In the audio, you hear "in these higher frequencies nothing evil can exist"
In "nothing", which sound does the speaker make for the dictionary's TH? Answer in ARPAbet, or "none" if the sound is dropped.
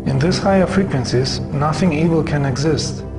TH